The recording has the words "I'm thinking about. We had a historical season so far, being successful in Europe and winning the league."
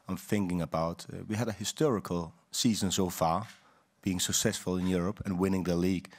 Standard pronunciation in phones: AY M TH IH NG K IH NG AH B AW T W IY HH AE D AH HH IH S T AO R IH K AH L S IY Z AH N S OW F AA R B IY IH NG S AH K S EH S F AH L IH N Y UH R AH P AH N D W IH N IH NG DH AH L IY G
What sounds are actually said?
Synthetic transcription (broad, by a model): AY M TH IH NG K IH NG AH B AW T W IY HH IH D AH HH IH S T AO R IH K AH L S IY Z AH N S OW F AA R B IY IH NG S AH K S EH S F AH L IH N Y UH R AH P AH N W IH N IH NG DH AH L IY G